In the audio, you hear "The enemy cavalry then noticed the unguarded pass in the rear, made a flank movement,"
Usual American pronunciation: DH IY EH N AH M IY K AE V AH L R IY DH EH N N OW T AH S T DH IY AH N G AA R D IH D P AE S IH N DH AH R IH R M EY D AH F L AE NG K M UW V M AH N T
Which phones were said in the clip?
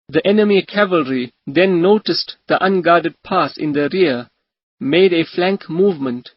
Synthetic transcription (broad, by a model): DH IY EH N AH M IY K AE V AH L R IY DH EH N N OW T AH S T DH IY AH N G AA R D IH D P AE S IH N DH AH R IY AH M EY D AH F L AE NG K M UW V M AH N T